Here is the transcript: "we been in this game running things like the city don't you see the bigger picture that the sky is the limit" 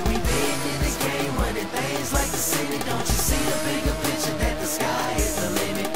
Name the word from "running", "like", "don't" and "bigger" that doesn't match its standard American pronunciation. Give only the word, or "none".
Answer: running